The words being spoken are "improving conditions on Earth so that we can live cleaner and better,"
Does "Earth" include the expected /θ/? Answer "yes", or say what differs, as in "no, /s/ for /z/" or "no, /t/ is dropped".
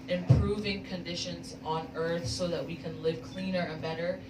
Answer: yes